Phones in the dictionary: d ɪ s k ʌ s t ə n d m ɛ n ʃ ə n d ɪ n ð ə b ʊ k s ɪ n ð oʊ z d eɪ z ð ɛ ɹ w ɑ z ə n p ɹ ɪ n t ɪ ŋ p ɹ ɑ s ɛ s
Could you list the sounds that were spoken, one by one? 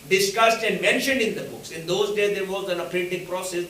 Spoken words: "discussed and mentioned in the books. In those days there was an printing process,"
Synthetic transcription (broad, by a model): d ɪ s k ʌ s t ə n d m ɛ n ʃ ə n d ɪ n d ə b ʊ k s ɪ n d oʊ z d eɪ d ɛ ɹ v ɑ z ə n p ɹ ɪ t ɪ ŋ p ɹ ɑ s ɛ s